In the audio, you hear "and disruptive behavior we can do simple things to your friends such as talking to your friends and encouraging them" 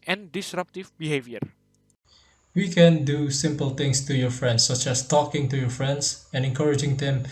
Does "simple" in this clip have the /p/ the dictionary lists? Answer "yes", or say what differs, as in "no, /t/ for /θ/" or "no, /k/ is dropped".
yes